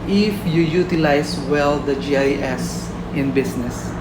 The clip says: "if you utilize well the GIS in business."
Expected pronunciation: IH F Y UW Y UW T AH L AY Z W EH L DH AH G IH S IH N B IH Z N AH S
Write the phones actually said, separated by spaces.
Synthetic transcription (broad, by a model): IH F Y UW Y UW T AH L AY S W EH L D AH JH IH S IH N B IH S N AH S